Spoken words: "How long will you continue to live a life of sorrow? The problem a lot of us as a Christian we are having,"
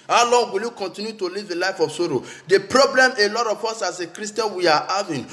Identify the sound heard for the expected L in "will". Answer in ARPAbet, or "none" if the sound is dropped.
L